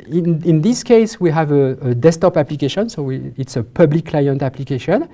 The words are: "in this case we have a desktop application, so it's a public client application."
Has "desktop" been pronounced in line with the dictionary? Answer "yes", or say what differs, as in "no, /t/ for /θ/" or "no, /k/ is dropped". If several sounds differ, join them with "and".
no, /k/ is dropped